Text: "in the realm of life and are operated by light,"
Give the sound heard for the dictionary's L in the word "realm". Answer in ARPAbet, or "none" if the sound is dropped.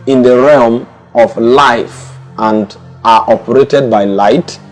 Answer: L